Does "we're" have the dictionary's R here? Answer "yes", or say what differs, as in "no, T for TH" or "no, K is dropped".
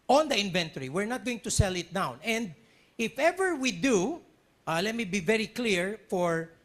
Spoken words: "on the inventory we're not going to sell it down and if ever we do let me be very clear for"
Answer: yes